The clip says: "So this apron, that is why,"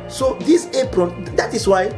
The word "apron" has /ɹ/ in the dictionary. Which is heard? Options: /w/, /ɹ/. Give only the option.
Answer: /ɹ/